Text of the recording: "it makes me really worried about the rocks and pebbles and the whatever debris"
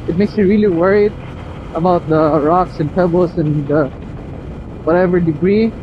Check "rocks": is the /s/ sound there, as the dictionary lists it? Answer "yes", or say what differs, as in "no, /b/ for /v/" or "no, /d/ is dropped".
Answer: yes